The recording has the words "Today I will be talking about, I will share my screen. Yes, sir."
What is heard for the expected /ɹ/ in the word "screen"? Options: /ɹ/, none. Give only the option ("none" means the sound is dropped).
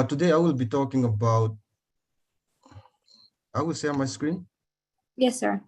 /ɹ/